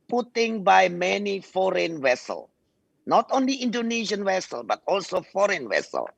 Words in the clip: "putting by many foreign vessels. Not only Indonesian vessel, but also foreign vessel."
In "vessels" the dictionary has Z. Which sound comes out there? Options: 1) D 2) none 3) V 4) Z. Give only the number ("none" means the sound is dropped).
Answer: 2